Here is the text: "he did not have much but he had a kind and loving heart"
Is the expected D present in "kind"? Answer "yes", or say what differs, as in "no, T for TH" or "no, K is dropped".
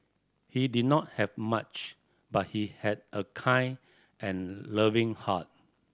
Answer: no, D is dropped